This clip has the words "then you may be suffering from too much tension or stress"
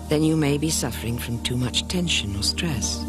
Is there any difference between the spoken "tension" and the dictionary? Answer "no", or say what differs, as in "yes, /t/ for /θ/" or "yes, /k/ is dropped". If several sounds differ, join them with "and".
no